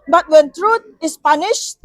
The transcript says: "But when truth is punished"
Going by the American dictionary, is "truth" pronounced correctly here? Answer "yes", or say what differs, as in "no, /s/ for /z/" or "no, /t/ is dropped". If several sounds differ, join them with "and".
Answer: no, /t/ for /θ/